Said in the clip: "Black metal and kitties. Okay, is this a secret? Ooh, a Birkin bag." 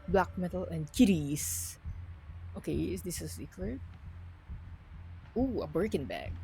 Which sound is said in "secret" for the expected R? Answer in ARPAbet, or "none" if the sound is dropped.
L